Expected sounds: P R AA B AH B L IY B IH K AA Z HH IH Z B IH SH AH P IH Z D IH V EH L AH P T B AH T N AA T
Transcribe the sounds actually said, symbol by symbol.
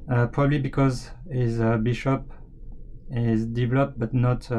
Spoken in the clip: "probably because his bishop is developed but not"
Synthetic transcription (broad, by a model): P R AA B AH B L IY B IH K AA Z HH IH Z B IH SH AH P IH Z D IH V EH L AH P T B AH T N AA T